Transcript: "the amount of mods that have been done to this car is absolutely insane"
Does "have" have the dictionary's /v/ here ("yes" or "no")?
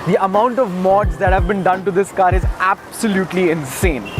yes